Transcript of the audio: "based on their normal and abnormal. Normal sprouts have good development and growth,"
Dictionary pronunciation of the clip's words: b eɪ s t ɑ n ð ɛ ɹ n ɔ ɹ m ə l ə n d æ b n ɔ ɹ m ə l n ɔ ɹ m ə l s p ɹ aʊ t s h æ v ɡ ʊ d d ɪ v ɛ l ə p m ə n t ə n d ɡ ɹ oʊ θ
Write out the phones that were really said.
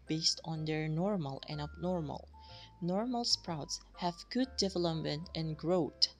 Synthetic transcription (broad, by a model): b eɪ s t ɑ n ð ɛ ɹ n ɔ ɹ m ə l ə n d æ b n ɔ ɹ m ə l n ɔ ɹ m ə l s p ɹ aʊ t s h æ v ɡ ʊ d d ɪ v ɛ l ə p m ə n t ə n ɡ ɹ oʊ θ